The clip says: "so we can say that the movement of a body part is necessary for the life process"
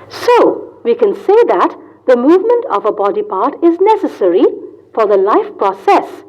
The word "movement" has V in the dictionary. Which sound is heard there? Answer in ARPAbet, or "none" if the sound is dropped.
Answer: V